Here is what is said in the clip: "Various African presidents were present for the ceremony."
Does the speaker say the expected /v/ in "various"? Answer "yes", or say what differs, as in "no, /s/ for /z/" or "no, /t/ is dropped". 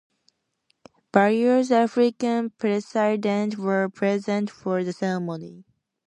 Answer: no, /b/ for /v/